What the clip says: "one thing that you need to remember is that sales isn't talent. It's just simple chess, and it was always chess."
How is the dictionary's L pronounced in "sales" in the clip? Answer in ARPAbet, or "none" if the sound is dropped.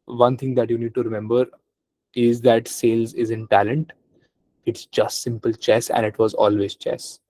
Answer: L